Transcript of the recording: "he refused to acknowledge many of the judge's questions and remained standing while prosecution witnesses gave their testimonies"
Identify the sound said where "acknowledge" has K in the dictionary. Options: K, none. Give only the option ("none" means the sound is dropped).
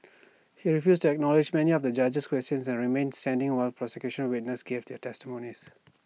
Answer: K